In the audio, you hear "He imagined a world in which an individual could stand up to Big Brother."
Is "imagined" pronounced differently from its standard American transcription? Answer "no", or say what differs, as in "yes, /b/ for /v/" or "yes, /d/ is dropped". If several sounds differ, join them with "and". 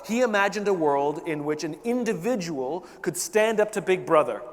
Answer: no